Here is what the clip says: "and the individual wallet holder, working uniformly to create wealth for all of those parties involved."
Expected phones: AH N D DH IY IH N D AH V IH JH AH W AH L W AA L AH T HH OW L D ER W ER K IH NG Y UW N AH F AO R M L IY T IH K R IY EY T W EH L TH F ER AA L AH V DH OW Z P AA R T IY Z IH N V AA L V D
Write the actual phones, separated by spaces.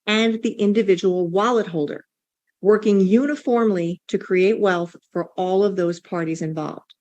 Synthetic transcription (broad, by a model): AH N DH IY IH N D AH V IH JH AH W L W AA L AH T HH OW L D ER W ER K IH NG Y UW N AH F AO R M L IY T IH K R IY EY T W EH L TH F ER AA L AH V DH OW Z P AA R T IY Z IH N V AA L V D